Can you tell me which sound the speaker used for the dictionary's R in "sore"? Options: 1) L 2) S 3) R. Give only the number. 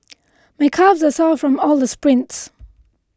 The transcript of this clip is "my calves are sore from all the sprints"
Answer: 1